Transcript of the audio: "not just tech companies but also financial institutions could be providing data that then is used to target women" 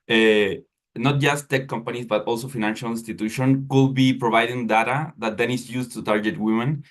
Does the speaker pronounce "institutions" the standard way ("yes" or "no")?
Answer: no